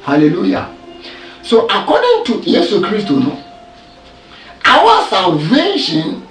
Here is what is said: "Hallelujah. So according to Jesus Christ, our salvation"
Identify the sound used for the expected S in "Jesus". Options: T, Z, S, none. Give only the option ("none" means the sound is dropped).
none